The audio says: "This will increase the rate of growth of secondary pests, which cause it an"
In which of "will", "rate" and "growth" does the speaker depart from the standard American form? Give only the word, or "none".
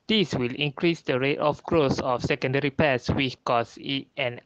growth